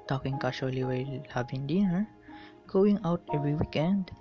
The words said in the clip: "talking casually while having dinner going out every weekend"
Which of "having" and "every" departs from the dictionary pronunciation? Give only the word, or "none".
having